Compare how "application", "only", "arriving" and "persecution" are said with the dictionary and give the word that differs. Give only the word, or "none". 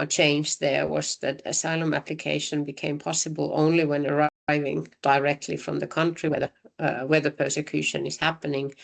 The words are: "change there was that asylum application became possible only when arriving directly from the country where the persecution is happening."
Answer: none